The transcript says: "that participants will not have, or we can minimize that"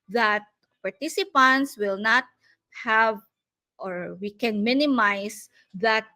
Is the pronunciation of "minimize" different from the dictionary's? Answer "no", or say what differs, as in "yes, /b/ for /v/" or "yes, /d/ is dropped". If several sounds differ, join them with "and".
yes, /s/ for /z/